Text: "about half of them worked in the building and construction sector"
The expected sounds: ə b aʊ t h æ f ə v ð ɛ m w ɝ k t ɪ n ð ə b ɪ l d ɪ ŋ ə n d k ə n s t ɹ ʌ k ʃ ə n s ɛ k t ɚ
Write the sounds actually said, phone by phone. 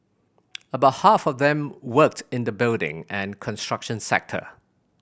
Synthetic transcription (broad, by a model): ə b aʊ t h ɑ f ə v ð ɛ m w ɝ k t ɪ n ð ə b ɪ l d ɪ ŋ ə n k ə n s t ɹ ʌ k ʃ ə n s ɛ k t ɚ